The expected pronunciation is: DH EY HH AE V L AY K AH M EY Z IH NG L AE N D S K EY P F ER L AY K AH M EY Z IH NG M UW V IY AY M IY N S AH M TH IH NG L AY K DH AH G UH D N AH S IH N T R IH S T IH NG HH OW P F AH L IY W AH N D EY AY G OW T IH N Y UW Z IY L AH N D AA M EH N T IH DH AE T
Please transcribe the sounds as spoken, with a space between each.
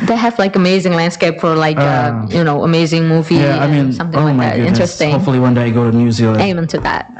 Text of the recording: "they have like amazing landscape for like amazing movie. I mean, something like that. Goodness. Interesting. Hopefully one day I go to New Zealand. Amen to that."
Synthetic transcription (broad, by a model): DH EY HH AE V L AY K AH M EY Z IH NG L AE N D S K EY P F ER L AY K AH M EY Z IH NG M UW V IY AY M IY N S AH M TH IH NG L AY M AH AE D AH IH N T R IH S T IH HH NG OW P F L IY W AH N D EY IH G OW T IH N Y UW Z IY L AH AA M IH N T IH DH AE T